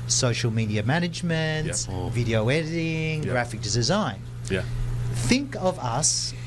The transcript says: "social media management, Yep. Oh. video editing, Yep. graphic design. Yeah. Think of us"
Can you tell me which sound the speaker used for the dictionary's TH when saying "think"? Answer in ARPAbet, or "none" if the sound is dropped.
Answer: TH